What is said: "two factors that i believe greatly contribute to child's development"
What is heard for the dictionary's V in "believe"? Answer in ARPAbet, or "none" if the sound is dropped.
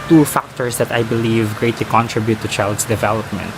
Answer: V